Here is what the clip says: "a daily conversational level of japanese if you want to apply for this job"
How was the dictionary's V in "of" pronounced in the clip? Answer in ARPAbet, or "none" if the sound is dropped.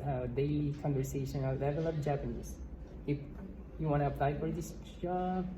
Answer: P